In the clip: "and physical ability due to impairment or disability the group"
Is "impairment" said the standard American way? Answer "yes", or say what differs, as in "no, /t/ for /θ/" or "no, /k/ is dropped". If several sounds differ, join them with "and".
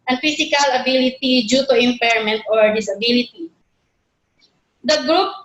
yes